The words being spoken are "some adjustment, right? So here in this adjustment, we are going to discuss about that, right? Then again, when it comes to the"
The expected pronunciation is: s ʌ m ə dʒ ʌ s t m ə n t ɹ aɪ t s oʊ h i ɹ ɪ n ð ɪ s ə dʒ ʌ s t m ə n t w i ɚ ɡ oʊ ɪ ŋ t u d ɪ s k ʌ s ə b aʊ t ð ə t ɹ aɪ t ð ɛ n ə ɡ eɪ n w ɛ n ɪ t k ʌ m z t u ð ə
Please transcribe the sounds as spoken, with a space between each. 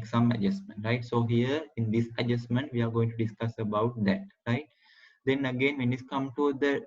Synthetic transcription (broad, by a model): s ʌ m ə dʒ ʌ s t m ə n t ɹ aɪ t s oʊ h i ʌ ɪ n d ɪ s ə dʒ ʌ s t m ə n t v i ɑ ɡ oʊ ɪ ŋ t u d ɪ s k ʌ s ə b aʊ t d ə t ɹ aɪ t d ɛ n ə ɡ eɪ n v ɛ n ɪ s k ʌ m t u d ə